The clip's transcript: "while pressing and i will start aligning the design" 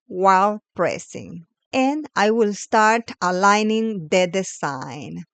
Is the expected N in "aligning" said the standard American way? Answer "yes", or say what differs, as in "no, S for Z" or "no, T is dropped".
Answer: yes